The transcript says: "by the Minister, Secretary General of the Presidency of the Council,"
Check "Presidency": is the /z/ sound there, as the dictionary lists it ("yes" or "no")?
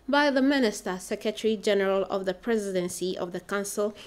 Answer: yes